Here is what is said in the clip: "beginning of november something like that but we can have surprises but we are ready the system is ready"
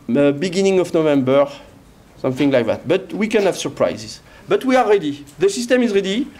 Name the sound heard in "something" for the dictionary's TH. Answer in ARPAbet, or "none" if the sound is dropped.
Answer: TH